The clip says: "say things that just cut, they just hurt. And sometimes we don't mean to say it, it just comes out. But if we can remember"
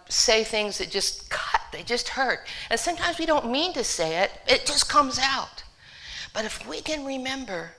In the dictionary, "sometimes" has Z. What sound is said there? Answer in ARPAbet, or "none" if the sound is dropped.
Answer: Z